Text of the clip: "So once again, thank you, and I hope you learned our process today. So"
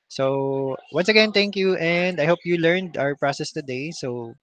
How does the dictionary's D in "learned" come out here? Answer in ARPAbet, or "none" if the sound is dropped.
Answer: D